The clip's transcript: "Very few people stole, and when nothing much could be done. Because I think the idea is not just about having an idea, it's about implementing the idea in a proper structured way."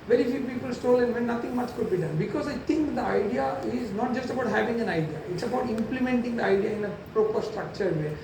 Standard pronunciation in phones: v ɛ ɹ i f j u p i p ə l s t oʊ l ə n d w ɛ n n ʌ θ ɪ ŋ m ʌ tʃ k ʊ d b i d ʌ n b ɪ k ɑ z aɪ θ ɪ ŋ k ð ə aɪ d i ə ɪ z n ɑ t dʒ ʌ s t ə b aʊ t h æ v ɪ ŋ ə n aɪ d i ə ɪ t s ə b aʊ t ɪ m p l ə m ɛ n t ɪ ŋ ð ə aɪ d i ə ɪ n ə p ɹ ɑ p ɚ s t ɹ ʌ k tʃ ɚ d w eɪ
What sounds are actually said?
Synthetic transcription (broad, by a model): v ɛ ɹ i f j u p i p ə l s t oʊ l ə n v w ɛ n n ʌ t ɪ ŋ m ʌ tʃ k ʊ d b i d ʌ n b ɪ k ɑ z aɪ t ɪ ŋ k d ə aɪ d i ə ɪ z n ɑ t dʒ ʌ s t ə b aʊ t h æ v ɪ ŋ ə n aɪ d i ə ɪ t s ə b aʊ t ɪ m p l ə m ɛ n t ɪ ŋ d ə aɪ d i ə ɪ n ə p ɹ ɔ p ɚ s t ɹ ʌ k tʃ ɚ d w eɪ